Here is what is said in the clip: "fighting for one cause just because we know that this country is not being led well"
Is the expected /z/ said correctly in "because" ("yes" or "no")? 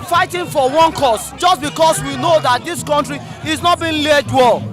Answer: no